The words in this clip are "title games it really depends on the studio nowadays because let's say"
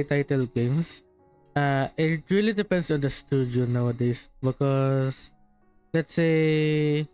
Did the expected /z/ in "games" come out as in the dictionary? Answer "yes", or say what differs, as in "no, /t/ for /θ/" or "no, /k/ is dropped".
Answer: no, /s/ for /z/